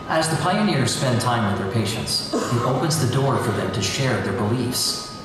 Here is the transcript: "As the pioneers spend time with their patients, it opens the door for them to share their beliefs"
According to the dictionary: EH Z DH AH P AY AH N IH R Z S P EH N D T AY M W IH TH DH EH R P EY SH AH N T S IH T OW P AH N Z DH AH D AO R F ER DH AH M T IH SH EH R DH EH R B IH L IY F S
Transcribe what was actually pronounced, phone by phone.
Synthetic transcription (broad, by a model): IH Z DH AH P AY AH N IH R Z S P EH N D T AY M W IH DH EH R P EY SH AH N T S IH T OW P AH N Z DH AH D AO R F ER DH AH M T IH SH EH R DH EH R B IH L IY F S